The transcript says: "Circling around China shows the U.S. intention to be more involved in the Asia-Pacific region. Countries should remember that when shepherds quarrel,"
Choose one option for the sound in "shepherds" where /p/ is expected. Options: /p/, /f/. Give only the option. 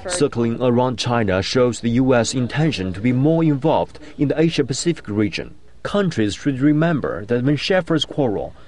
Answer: /f/